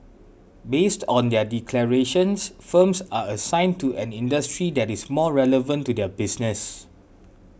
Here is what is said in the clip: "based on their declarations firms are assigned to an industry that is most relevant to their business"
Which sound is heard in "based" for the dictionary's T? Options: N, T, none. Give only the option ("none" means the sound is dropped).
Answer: T